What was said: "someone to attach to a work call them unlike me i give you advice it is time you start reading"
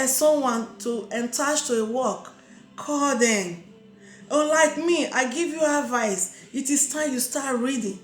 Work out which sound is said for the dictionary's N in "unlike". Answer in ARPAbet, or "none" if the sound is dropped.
none